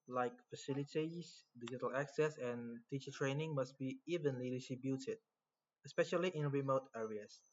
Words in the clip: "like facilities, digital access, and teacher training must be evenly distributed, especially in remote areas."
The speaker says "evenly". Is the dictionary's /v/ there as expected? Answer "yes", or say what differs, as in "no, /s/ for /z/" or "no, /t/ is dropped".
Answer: yes